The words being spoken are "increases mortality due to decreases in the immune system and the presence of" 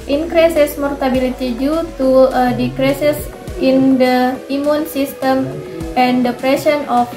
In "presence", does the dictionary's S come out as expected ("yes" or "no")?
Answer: no